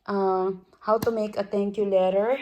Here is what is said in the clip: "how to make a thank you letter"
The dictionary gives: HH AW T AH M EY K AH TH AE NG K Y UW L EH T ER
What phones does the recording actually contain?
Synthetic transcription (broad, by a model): HH AW T AH M EY K AH T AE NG K Y UW L EH T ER